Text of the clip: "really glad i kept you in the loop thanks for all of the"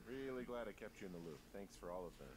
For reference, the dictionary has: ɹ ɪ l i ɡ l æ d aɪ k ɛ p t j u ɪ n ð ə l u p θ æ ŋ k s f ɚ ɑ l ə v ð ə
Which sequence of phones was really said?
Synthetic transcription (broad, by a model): ɹ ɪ l i ɡ l æ d aɪ k ɛ p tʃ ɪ ɪ n ð ə l u p θ æ ŋ k s f ɚ ɑ l ə v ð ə